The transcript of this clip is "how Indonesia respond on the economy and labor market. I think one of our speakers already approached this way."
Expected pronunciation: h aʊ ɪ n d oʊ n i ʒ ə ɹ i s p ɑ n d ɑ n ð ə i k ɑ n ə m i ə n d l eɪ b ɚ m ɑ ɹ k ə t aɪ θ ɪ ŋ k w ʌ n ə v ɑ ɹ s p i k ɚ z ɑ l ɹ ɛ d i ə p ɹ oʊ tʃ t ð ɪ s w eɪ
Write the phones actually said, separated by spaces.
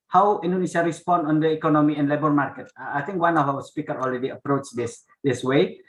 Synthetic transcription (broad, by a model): h aʊ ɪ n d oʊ n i ʃ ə ɹ i s p ɑ n d ɑ n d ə i k ɑ n ə m i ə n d l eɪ b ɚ m ɑ ɹ k ə t aɪ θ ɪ ŋ k w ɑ n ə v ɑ w s p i k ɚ ɑ l ɹ ɛ d i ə p ɹ oʊ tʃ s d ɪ s w eɪ